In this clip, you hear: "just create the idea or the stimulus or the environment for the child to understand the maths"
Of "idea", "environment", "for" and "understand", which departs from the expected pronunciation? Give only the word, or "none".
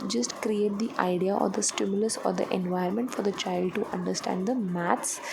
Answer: environment